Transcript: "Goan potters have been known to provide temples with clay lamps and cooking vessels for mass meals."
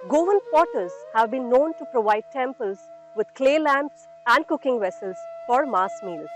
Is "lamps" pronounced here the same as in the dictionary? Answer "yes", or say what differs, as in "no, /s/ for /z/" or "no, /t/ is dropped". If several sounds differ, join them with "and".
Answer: yes